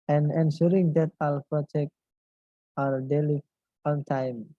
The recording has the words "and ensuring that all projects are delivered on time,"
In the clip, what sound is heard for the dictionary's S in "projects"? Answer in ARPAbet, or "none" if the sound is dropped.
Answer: none